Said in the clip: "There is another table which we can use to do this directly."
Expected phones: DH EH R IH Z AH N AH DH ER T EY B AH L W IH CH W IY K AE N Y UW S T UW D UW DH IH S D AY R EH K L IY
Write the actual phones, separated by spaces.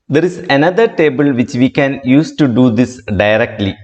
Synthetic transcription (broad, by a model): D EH R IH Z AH N AH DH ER T EY B AH L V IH CH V IY K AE N Y UW S T UW D UW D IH S D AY R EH K L IY